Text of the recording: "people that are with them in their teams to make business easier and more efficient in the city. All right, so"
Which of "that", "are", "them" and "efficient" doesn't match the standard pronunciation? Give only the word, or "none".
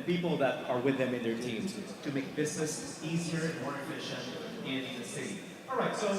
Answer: efficient